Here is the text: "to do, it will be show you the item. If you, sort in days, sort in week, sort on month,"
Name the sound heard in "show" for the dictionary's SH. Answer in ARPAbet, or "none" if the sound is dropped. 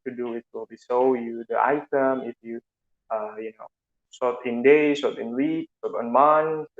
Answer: S